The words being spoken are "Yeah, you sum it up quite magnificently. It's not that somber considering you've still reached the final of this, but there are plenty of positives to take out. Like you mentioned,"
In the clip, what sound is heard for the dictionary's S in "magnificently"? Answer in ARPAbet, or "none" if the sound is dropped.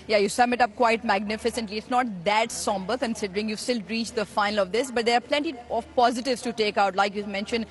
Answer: S